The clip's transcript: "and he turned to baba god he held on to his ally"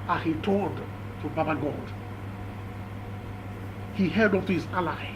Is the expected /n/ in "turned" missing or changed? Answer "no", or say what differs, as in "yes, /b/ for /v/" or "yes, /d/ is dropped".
yes, /l/ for /n/